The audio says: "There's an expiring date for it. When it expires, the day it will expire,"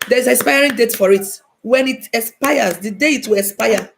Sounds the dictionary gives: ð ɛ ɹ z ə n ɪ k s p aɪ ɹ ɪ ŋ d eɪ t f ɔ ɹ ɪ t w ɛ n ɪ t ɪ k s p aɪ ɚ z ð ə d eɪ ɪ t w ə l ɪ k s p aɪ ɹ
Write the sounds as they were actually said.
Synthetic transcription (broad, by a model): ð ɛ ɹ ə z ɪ s p aɪ ɹ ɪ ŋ d eɪ t f ɔ ɹ ɪ t w ɛ n ɪ t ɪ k s p aɪ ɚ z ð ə d eɪ ɪ t w ə l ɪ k s p aɪ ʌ